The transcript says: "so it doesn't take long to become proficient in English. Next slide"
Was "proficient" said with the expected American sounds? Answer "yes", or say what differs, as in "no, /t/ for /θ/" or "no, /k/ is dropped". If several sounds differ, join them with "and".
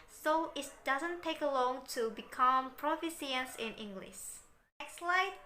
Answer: no, /s/ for /ʃ/